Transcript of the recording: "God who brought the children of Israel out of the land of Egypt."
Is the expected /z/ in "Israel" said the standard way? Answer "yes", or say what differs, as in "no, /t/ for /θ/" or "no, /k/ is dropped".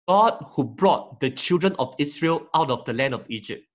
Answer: no, /s/ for /z/